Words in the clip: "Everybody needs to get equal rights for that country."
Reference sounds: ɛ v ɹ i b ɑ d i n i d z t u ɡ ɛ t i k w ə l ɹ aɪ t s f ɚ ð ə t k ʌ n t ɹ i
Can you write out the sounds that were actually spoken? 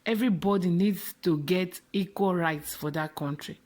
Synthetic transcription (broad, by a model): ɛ v ɹ i b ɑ d i n i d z t u ɡ ɛ t i k w ə l ɹ aɪ t s f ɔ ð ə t k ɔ n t ɹ i